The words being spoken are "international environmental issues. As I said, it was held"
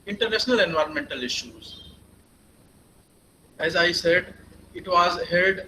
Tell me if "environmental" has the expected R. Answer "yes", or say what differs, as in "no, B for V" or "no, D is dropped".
yes